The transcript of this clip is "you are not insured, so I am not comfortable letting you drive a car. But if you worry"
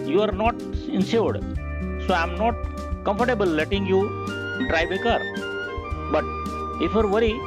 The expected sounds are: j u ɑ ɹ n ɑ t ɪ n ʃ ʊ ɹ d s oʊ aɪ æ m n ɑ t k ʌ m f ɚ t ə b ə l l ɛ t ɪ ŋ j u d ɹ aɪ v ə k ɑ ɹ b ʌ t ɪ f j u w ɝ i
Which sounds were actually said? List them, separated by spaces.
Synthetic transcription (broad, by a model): j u ɑ ɹ n ɑ t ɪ n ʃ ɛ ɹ d s oʊ aɪ m n ɑ t k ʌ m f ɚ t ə b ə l l ɛ t ɪ ŋ j u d ɹ aɪ b ə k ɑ ɹ b ʌ t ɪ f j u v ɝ i